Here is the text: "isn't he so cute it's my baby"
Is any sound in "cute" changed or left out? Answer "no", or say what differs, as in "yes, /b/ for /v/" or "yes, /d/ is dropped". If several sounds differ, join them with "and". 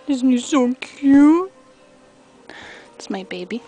yes, /t/ is dropped